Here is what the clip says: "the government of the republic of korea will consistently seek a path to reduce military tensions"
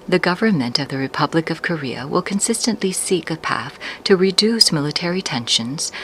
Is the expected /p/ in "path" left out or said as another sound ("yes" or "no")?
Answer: no